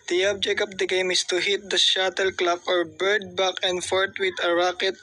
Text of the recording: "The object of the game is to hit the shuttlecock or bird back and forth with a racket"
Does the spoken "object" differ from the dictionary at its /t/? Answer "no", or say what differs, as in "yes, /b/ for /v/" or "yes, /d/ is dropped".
yes, /t/ is dropped